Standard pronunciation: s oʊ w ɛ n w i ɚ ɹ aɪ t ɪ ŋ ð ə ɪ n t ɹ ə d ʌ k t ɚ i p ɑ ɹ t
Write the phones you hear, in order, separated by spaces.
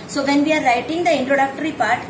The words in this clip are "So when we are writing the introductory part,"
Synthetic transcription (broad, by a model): s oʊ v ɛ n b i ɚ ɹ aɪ t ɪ ŋ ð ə ɪ n t ɹ ə d ʌ k t ɚ i p ɑ ɹ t